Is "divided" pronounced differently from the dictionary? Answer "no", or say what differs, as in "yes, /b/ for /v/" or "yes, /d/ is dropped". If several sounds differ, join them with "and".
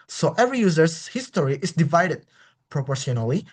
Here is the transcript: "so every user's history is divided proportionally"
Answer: no